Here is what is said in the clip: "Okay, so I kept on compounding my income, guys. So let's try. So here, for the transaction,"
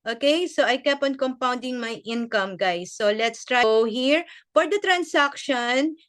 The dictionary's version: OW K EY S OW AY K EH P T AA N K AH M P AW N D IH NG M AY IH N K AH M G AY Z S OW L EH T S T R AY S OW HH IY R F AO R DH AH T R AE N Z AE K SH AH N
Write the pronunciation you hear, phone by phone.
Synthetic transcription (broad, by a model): OW K EY S OW AY K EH P AA N K AH M P AW N D IH NG M AY IH N K AH M G AY S OW L EH T S T R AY HH IY R F AO R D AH T R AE N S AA K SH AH N